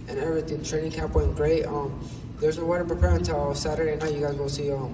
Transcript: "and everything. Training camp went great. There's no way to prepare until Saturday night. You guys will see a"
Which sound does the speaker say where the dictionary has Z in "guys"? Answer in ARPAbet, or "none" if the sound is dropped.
Z